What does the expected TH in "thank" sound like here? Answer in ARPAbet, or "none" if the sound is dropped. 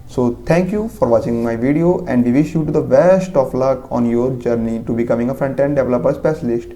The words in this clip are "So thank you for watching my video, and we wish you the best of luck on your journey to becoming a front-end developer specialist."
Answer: T